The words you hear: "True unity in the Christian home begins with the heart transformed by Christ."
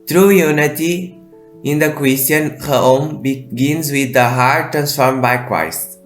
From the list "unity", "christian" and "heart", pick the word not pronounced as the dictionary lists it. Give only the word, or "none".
christian